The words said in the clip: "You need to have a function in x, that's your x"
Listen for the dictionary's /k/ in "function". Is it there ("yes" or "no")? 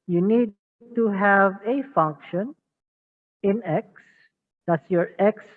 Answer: yes